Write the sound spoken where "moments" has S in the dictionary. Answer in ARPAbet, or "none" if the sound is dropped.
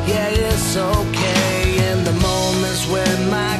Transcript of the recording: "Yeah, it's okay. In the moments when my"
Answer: none